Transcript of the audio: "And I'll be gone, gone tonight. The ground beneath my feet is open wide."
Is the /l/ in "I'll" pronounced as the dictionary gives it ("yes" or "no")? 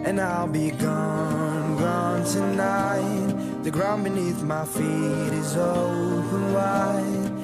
yes